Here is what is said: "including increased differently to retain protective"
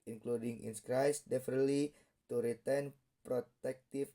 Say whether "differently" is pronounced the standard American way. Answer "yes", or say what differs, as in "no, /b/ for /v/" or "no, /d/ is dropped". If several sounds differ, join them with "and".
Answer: no, /ɹ/ is dropped